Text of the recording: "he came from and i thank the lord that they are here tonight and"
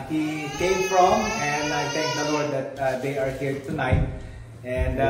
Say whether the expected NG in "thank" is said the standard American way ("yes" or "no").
no